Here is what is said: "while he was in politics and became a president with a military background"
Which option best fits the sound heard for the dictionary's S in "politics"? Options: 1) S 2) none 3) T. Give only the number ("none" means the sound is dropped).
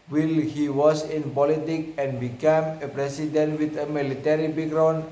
2